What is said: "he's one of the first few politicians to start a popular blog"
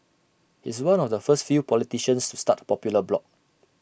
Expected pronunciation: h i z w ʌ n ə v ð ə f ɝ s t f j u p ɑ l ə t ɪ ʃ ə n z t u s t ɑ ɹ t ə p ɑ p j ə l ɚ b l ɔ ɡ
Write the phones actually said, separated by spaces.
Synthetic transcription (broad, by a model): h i s w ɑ n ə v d ə f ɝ s t f j u p ɑ l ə t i ʃ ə n s t u s t ɑ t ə p ɑ p j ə l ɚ b l ɔ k